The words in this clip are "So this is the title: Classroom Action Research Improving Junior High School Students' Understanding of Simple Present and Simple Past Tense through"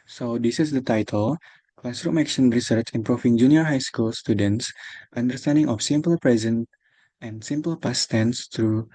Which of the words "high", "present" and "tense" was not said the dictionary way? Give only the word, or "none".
none